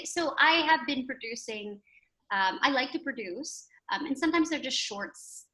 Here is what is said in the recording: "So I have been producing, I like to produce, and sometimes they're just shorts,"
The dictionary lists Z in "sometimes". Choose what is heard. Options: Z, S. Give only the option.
Z